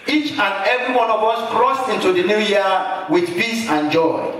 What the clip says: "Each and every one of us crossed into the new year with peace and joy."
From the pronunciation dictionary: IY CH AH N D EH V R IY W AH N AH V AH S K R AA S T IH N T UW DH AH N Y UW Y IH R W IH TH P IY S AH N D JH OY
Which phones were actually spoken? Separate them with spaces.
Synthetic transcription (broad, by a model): IY CH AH N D EH V R IY W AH N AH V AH S K R AA S T IH N T UW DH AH N Y UW Y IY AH W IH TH P IY S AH N JH OY